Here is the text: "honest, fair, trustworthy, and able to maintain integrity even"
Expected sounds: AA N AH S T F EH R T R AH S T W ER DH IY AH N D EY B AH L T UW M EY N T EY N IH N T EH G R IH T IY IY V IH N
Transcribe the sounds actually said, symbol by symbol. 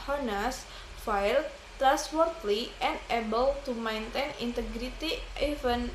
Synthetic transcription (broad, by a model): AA N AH S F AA L T R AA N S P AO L IY AH N D EY B AH L T UW M EY N T EY N IH N T EH G R IH T IY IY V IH N